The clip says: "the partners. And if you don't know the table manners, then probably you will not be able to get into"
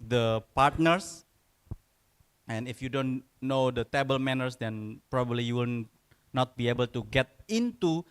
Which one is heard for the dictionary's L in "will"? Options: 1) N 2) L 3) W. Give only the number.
1